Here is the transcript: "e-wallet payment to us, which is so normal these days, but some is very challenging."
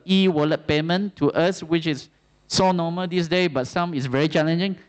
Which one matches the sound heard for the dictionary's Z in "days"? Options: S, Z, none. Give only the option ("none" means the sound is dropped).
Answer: none